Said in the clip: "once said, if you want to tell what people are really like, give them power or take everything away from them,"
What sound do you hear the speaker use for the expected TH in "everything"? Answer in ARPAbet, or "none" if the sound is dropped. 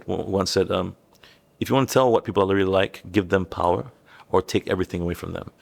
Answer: TH